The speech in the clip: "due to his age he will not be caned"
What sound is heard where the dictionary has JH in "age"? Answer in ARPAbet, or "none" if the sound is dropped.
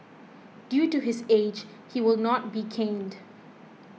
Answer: JH